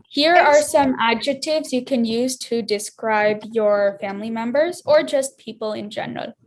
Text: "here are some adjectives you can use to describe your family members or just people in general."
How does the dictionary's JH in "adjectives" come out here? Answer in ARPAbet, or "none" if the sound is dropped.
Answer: JH